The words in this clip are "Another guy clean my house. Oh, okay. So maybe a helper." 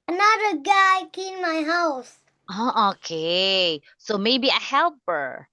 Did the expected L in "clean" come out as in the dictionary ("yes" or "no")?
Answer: no